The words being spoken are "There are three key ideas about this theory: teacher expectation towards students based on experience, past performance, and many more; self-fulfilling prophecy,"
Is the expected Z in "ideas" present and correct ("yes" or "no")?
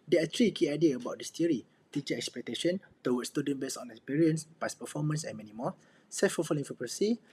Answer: no